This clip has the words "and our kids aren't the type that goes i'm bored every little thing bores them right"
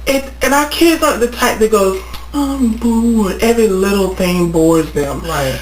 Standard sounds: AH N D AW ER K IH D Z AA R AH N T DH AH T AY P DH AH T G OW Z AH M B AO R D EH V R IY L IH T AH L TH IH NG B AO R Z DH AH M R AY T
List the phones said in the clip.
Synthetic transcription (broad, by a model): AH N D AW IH K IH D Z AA AH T DH AH T AY P DH AH T G OW Z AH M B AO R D EH V R IY L IH T L TH IH NG B AO R Z DH AH M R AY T